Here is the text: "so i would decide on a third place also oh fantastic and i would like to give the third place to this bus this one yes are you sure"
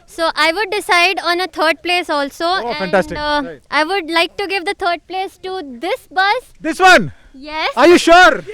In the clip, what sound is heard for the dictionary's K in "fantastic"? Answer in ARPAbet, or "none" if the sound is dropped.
none